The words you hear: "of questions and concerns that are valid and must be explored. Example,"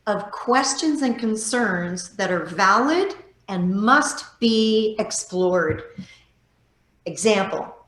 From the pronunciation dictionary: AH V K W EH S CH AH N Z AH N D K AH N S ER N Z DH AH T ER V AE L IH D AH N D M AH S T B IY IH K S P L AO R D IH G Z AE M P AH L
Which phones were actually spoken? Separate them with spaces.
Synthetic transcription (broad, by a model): AH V K W EH S CH AH N Z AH N K AH N S ER N Z DH AH T ER V AE L IH D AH N M AH S T B IY IH K S P L AO R D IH G Z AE M P L